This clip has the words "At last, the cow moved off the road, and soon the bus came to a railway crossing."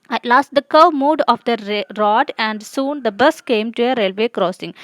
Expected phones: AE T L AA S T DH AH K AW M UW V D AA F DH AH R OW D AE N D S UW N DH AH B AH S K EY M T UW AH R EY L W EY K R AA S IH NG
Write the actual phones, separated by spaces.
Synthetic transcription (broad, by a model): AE T L AA S T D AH K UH M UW D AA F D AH R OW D AE N D S UW N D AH B AH S K EY M T UW AH R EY L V EY K R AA S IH NG